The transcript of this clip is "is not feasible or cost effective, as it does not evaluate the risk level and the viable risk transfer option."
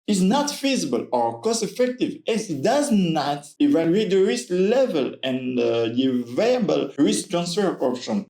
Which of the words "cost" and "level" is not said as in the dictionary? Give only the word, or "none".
cost